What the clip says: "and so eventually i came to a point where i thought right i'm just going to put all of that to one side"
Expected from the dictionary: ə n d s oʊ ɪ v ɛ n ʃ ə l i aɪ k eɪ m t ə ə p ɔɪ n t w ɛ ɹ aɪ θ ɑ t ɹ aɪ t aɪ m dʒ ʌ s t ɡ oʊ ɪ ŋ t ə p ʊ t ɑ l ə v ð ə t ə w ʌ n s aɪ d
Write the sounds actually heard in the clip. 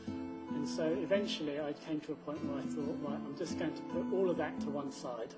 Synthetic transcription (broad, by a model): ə n s oʊ ɪ v ɛ n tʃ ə l i aɪ k eɪ m t ə ə p ɔɪ n t w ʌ ɹ aɪ θ ɑ t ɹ aɪ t aɪ m dʒ ʌ s ɡ oʊ ɪ ŋ t ə p ʊ t ɑ l ə v ð ə t ə w ʌ n s aɪ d